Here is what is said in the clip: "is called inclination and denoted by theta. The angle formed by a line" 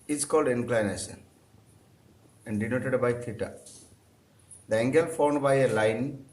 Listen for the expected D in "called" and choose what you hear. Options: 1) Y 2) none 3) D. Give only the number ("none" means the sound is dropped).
3